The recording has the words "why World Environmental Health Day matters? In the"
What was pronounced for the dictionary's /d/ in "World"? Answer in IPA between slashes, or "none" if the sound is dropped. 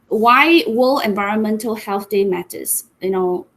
none